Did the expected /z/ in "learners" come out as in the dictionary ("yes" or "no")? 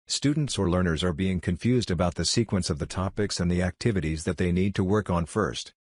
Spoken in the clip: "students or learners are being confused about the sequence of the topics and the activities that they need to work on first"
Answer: yes